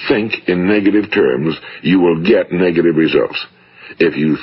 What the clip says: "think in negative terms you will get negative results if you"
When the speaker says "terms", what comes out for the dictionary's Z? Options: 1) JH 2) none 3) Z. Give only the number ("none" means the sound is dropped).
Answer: 3